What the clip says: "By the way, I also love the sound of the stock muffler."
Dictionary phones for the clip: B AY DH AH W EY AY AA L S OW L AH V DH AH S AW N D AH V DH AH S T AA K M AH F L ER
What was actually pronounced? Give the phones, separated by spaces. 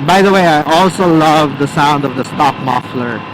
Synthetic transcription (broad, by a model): B AY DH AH W EY AY AA L S OW L AH V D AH S AW N D AH V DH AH S T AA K M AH F L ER